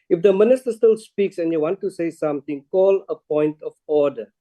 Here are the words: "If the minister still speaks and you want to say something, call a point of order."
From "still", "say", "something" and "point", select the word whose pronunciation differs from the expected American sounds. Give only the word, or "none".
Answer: something